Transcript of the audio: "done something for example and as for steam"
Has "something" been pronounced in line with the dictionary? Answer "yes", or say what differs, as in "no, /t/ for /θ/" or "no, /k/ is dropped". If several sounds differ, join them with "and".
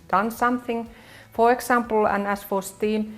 yes